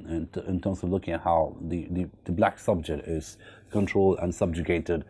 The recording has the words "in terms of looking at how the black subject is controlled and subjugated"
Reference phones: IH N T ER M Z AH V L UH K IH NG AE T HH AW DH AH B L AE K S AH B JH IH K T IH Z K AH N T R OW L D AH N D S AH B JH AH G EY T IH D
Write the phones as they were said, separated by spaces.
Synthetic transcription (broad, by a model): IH N T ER M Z AH V L UH K IH NG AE T HH AW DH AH B L AE K S AH B JH IH K T IH Z K AH N T R OW L D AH N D S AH B JH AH G EY T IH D